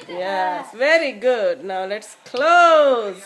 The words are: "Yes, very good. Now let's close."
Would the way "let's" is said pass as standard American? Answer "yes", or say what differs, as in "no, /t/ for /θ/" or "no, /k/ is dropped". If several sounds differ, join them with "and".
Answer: yes